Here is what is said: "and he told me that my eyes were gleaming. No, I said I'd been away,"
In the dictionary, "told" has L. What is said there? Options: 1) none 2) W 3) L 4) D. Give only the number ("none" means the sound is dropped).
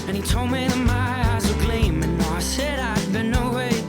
3